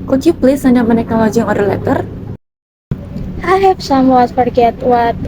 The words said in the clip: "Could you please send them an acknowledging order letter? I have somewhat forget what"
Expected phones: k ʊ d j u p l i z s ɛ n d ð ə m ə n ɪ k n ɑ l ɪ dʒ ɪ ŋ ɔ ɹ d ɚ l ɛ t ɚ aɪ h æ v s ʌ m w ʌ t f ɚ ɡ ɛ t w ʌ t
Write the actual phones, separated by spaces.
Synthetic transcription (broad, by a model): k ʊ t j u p l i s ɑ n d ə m ə n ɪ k ɑ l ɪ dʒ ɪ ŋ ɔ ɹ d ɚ l ɛ t ɚ aɪ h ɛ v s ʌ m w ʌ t f ɚ ɡ ɛ t w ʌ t